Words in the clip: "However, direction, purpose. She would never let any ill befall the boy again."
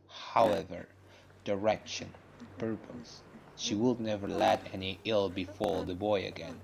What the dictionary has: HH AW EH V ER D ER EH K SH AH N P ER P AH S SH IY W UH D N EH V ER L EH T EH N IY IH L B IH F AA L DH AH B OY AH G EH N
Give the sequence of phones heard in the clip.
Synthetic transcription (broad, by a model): HH AW EH V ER D ER EH K SH AH N P ER P AH S SH IY W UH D N EH V ER L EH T EH N IY IH L B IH F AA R DH AH B OY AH G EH N